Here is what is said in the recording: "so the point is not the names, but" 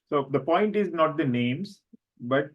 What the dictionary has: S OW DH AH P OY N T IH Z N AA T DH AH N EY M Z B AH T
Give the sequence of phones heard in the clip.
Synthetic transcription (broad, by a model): S OW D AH P OY N T IH Z N AA T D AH N EY M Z B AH T